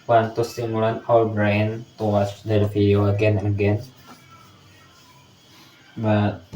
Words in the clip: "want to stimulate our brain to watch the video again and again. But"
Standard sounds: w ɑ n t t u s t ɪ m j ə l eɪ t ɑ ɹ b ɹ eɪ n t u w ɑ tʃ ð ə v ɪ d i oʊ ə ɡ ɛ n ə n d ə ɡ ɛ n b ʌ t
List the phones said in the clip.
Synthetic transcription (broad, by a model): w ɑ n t t u s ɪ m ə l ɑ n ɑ l b ɹ eɪ n t u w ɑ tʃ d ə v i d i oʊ ə ɡ ɛ n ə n ə ɡ ɛ n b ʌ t